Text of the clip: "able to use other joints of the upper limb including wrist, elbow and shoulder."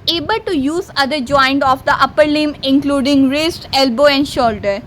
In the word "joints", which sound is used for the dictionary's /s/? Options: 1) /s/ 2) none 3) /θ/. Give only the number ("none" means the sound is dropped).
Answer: 2